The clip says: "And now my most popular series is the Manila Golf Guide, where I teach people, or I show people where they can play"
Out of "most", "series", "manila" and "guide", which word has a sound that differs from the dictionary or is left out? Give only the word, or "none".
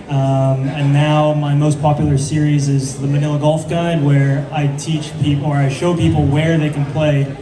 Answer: none